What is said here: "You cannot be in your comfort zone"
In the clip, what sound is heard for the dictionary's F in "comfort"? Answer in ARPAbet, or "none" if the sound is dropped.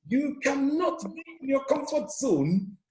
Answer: F